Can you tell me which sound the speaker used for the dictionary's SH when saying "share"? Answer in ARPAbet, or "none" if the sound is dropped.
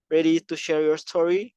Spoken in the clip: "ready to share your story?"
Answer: SH